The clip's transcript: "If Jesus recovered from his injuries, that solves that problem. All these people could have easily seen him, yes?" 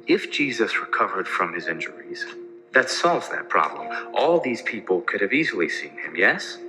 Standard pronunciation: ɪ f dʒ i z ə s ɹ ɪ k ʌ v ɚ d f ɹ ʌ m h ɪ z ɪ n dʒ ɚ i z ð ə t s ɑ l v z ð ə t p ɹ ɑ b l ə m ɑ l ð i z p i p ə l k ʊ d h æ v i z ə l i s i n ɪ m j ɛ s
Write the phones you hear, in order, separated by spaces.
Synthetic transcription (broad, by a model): ɪ f dʒ i z ə s ɹ ɪ k ʌ v ɚ d f ɹ ʌ m ɪ z ɪ n dʒ ɚ i z ð ə t s ɑ l v z ð ə t p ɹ ɑ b l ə m ɑ l ð i z p i p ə l k ʊ d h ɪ v i z l i s i n ɪ m j ɛ s